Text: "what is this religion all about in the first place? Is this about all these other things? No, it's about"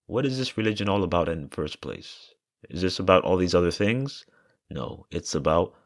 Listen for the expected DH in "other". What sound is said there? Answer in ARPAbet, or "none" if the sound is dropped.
DH